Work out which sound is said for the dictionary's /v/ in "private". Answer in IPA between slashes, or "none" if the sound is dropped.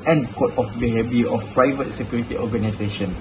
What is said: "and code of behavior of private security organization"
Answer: /v/